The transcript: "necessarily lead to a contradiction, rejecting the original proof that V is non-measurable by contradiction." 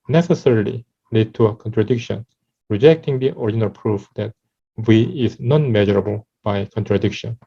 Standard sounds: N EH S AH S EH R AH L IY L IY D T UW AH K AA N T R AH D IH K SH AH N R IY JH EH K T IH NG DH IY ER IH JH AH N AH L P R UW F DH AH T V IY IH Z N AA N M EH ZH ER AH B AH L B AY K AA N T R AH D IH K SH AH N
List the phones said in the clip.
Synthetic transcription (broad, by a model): N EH S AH S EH R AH L IY L IY D T UW AH K AA N T R AH D IH K SH AH N R IY JH EH K T IH NG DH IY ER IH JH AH N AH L P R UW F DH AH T W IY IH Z N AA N M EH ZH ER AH B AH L B AY K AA N T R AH D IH K SH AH N